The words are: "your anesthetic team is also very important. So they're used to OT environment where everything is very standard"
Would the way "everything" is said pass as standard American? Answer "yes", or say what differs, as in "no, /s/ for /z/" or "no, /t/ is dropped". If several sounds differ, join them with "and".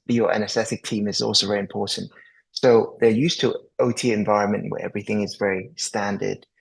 yes